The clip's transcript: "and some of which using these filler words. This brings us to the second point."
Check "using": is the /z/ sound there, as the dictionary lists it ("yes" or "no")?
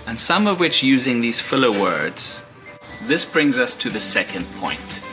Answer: yes